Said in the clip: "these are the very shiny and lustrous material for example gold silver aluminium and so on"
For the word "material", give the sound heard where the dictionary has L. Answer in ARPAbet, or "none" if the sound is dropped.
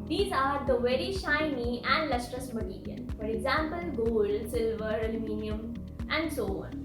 N